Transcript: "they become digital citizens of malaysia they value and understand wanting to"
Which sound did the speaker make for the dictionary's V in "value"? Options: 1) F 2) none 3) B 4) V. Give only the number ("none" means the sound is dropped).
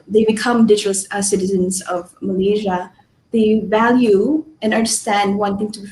4